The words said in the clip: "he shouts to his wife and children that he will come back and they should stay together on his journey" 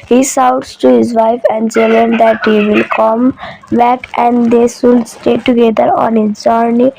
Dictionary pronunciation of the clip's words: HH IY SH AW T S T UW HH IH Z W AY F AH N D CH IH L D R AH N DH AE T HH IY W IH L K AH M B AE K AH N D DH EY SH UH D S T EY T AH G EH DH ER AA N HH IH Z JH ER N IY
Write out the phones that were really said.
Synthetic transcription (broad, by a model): HH IY S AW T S T UW HH IH Z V AY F AH N D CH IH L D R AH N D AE T HH IY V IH L K AH M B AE K AH N D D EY S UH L S T EY T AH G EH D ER AA N HH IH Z JH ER N IY